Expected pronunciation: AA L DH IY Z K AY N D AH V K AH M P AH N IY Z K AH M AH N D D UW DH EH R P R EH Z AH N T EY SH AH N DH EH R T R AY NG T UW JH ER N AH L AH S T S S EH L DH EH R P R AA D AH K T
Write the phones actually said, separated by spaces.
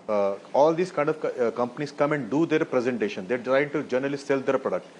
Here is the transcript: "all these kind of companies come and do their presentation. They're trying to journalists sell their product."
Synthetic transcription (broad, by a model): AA L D IY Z K AY N D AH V K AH M P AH N IY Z K AH M AH N D D UW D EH R P R EH Z AH N T EY SH AH N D EH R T R AY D T UW JH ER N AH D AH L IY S S EH L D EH R P R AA D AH K T